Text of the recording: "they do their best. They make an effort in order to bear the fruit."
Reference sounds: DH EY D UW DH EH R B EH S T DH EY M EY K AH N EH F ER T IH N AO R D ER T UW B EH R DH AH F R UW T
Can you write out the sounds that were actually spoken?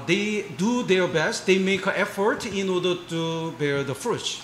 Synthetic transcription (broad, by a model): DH EY D UW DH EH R B EH S T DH EY M EY K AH EH F ER T IH N AO R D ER T UW B EH R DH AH F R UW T